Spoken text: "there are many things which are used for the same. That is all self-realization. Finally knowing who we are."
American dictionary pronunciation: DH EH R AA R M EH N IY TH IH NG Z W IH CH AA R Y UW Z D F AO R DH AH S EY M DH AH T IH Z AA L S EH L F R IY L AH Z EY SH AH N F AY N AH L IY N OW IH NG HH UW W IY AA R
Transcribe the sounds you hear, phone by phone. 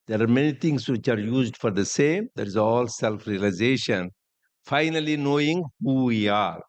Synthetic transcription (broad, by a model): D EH R AA R M EH N IY T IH NG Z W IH CH AA R Y UW Z D F AO R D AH S EY M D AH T IH Z AA L S EH L F R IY L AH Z EY SH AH N F AY N AH L IY N OW IH NG HH UW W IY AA R